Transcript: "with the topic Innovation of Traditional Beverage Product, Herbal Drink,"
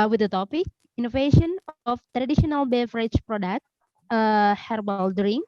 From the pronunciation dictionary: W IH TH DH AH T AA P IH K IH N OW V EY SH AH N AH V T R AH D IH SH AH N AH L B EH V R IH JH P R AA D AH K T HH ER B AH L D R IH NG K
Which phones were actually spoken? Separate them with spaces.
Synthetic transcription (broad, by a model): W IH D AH T AA P IH K IH N OW V EY SH AH N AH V T R AH D IH SH AH N AH L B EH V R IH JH P R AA D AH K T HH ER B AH L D R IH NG